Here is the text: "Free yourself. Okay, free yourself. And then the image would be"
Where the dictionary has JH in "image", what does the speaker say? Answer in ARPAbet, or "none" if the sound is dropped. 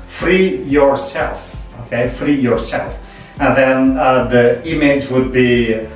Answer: Z